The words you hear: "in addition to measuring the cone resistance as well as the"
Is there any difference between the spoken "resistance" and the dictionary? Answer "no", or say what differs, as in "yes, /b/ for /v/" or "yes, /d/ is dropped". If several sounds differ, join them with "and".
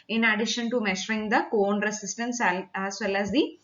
yes, /s/ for /z/